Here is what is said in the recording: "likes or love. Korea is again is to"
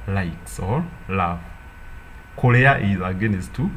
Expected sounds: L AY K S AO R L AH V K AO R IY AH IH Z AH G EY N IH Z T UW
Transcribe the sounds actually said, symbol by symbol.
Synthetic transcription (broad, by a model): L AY K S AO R L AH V K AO L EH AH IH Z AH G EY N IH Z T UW